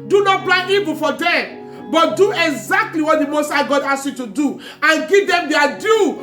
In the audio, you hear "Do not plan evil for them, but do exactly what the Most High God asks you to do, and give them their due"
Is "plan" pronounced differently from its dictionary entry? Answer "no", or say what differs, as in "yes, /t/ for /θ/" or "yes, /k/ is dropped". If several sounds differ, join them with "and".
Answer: yes, /b/ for /p/